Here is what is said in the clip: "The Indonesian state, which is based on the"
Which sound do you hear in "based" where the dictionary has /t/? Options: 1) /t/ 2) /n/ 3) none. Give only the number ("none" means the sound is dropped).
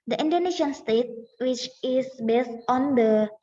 1